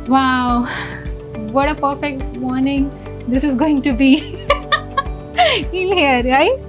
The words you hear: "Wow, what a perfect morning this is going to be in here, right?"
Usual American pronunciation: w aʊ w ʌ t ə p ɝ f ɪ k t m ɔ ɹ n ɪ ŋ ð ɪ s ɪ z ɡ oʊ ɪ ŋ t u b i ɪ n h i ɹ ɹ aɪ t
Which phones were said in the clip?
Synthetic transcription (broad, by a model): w aʊ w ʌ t ə p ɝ f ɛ k t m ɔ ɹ n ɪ ŋ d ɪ s ɪ z ɡ oʊ ɪ ŋ t u b i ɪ l h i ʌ ɹ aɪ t